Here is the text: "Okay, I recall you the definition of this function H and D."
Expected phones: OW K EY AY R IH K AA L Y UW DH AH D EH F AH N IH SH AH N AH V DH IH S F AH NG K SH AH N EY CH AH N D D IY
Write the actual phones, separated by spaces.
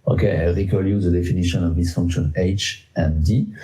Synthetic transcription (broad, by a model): OW K EY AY R IH K AA L Y UW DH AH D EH F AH N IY SH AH N AH V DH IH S F AH NG K SH AH N EY CH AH N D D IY